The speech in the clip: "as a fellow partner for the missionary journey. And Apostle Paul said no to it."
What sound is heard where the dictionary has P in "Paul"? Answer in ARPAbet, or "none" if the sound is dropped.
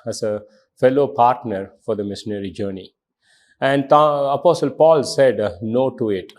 P